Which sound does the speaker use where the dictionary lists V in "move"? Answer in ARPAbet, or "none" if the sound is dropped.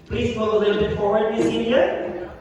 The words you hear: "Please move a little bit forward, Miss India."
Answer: none